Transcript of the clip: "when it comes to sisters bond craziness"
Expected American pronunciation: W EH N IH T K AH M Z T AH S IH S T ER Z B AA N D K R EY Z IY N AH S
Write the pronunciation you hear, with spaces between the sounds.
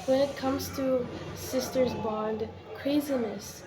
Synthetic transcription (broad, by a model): W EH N IH T K AH M Z T AH S IH S T ER Z B AA N D K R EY Z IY N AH S